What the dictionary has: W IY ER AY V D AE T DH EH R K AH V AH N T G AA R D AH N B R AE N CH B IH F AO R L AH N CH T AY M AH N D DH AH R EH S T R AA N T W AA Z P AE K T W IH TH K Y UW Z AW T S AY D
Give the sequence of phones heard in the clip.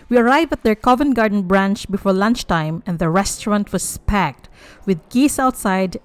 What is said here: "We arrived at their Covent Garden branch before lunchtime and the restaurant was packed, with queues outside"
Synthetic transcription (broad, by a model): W IY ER AY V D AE T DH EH R K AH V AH N G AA R D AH N B R AE N CH B IH F AO R L AH N CH T AY M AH N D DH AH R EH S T R AA N T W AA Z P AE K T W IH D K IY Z AW T S AY D